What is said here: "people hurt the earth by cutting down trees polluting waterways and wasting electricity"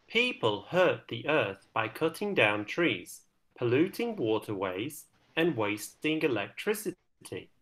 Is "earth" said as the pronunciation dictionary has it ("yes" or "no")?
yes